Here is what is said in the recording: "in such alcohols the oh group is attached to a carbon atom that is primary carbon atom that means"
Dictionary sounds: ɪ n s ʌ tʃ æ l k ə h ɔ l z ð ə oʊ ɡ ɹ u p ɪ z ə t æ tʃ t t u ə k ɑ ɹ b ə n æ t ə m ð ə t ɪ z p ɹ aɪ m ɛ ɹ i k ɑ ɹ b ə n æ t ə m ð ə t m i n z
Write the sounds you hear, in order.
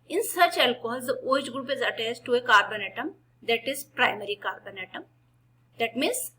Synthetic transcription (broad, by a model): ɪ n s ʌ tʃ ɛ l k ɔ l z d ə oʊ ɡ ɹ u p ɪ z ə t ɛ s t t u ə k ɑ ɹ b ə n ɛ t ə m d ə t ɪ z p ɹ aɪ m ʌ ɹ i k ɑ ɹ b ə n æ t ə m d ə t m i n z